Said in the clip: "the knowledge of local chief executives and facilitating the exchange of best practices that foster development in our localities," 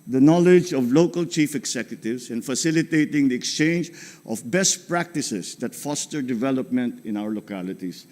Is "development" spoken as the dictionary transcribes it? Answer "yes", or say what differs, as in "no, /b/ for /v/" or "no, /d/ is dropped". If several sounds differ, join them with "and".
yes